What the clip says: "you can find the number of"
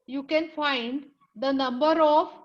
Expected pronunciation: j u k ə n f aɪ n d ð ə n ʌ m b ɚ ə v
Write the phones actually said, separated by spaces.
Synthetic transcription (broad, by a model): j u k ə n f aɪ n d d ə n ʌ m b ɚ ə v